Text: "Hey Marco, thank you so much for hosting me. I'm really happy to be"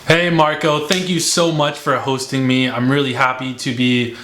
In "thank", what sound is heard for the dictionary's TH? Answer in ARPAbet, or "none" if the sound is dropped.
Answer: TH